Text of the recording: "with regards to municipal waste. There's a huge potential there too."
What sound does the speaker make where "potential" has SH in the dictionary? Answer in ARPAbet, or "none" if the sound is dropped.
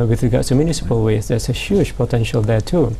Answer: SH